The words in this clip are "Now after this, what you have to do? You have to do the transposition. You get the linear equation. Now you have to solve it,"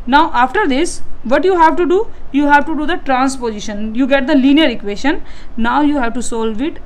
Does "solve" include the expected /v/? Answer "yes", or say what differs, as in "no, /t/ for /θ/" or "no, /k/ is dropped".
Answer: yes